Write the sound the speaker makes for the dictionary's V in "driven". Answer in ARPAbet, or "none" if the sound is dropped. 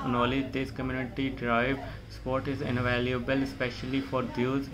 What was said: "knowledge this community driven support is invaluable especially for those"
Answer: none